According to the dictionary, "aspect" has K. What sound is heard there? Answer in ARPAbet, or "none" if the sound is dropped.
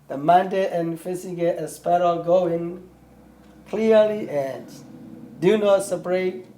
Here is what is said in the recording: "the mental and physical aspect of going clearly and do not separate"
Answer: none